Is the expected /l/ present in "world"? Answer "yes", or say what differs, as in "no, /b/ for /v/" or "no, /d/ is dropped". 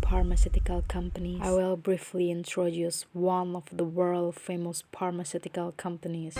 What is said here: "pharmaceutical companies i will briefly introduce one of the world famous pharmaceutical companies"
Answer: yes